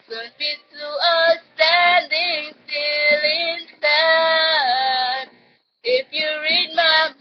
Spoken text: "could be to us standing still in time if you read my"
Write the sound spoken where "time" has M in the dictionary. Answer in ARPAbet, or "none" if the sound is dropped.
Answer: none